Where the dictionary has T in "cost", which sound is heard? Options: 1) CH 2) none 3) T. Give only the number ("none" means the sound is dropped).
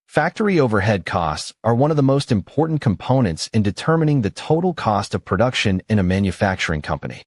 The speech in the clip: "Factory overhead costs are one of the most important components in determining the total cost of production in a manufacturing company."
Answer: 3